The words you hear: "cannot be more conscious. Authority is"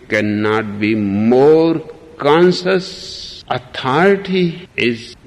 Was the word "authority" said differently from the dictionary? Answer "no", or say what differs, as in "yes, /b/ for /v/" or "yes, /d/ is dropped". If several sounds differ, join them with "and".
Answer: yes, /t/ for /θ/